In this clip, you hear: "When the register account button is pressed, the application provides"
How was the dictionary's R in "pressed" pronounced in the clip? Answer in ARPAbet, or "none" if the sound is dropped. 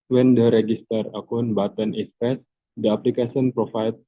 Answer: none